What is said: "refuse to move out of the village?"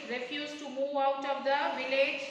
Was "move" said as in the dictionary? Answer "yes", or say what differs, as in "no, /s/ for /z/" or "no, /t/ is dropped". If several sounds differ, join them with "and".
yes